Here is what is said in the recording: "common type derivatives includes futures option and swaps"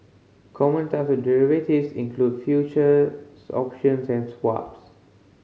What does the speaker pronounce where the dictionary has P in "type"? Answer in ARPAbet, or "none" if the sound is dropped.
F